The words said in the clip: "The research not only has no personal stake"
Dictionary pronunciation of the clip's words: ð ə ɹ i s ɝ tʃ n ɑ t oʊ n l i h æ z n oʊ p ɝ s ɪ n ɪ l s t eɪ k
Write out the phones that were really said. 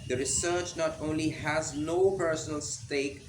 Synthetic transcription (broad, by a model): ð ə ɹ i s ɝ tʃ n ɑ t oʊ n l i h æ z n oʊ p ɝ s ɪ n ɪ l s t eɪ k